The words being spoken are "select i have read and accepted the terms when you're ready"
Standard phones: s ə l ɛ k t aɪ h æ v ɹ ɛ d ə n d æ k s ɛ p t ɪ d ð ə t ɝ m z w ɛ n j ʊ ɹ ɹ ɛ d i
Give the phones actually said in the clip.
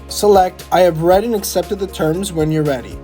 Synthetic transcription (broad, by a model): s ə l ɛ k t aɪ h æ v ɹ ɛ d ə n æ k s ɛ p t ɪ d ð ə t ɝ m z w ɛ n j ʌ ɹ ɹ ɛ d i